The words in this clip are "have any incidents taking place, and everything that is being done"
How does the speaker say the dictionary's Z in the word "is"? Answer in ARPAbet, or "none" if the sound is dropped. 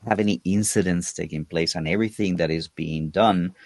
Z